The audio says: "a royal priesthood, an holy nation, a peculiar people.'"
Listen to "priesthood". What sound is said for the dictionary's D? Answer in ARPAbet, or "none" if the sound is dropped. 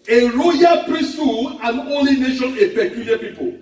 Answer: none